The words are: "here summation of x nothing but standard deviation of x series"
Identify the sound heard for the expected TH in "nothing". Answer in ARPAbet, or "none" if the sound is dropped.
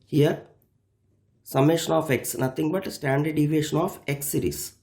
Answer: T